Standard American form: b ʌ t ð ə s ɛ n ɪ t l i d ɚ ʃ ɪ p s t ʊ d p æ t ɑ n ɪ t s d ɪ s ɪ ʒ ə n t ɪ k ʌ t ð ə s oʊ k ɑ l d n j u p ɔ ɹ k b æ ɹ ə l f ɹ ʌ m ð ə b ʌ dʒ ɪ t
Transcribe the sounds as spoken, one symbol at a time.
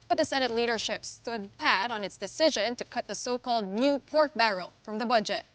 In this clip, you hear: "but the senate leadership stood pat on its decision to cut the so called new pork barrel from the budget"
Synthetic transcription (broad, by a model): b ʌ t ð ə s ɛ n ɪ t l i d ɚ ʃ ɪ p s t ʊ d p æ t n ɪ t s d ɪ s ɪ ʒ ə n t ɪ k ʌ t ð ə s oʊ k ɑ l d n j u p ɔ ɹ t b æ ɹ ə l f ɹ ʌ m ð ə b ʌ dʒ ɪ t